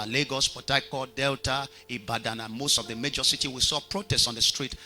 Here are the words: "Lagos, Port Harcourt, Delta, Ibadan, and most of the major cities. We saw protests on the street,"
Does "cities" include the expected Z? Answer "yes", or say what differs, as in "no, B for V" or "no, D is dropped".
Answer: no, Z is dropped